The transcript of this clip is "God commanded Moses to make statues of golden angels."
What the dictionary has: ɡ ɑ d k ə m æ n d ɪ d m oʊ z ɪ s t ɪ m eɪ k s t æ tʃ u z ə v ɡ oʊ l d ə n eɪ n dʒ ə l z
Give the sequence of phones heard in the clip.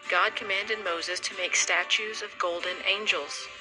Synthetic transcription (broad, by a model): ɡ ɑ d k ə m æ n d ɪ d m oʊ z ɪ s t ɪ m eɪ k s t æ tʃ u z ə v ɡ oʊ l d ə n eɪ n dʒ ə l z